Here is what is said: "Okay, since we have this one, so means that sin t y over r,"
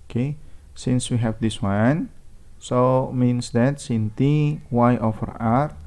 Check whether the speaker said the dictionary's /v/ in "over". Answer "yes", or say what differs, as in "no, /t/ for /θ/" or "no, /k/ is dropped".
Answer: no, /f/ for /v/